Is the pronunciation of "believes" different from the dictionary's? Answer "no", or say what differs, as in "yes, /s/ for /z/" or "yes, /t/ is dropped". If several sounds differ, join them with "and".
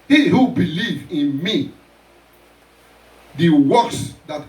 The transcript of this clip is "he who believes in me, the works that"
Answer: yes, /z/ is dropped